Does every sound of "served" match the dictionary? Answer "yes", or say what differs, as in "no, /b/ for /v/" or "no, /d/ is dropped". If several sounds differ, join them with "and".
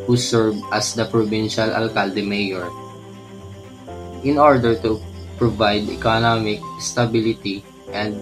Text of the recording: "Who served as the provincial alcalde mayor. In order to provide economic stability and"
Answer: no, /d/ is dropped